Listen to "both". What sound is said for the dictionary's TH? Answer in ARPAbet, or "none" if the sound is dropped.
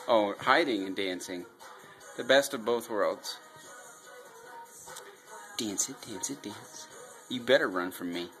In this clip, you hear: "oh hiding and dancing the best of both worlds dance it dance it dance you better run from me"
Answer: TH